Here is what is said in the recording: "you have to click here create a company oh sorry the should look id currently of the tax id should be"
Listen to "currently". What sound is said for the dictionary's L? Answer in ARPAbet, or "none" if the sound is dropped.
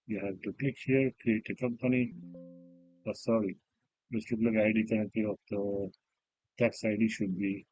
none